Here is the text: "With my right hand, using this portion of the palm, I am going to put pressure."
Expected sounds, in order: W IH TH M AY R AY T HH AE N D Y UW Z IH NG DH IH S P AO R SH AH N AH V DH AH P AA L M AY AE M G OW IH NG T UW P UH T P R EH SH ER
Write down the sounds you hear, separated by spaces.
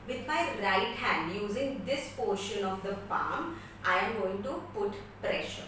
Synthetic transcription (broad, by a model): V IH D M AY R AY T HH AE N D Y UW Z IH NG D IH S P AO R SH AH N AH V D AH F AA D M AY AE M G OW IH NG T UW P UH T P R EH SH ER